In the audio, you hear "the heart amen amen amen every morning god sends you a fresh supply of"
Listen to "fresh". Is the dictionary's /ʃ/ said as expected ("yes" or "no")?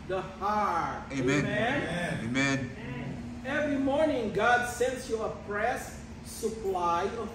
no